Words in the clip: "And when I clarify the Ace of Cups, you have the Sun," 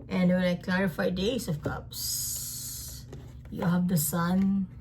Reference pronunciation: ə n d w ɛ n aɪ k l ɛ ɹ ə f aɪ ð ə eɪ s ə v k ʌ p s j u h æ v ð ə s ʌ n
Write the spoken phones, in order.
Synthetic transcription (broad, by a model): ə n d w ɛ l aɪ k l ɛ ɹ ə f aɪ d eɪ s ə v k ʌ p s j u h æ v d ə s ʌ n